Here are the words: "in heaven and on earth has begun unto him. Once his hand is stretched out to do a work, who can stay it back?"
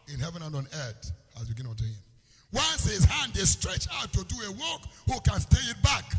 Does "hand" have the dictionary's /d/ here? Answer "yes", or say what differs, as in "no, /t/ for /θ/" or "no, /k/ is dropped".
yes